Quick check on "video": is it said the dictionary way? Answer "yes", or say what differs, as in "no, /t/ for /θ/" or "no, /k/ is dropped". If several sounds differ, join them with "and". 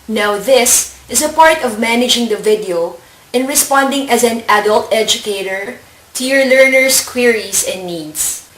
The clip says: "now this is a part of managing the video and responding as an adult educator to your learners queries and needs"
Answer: yes